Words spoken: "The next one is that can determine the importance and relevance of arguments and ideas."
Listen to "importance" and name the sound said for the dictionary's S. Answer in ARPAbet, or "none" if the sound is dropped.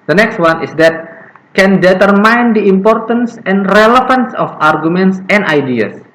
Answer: S